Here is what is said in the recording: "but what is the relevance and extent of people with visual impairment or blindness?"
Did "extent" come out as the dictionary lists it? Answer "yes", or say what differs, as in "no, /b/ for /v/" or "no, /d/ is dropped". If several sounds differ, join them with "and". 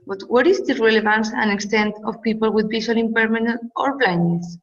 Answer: yes